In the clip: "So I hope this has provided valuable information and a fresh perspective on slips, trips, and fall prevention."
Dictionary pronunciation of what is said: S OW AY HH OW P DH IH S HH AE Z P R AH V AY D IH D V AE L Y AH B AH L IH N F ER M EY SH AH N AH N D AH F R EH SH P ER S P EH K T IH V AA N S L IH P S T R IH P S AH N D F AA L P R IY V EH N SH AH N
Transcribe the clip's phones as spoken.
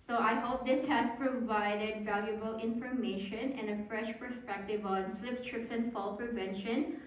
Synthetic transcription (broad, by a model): S OW AY HH OW P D IH S HH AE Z P R AH V AY D IH D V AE L Y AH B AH L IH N F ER M EY SH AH N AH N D AH F R EH SH P ER S P EH K T IH V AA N S L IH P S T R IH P S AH N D F AA L P R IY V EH N SH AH N